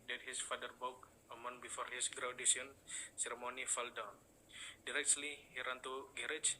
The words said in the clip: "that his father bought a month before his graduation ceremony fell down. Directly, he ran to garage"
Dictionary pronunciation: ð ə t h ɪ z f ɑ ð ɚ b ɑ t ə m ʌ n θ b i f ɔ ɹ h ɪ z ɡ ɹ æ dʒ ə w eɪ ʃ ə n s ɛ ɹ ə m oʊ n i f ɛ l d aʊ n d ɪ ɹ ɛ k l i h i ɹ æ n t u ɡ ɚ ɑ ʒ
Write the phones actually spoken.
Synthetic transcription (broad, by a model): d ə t h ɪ s f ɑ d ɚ b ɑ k ə m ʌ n b i f ɔ ɹ h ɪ s ɡ ɹ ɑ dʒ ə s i ə n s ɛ ɹ m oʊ n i f ɛ l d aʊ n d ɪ ɹ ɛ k l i h i ɹ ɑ n t u ɡ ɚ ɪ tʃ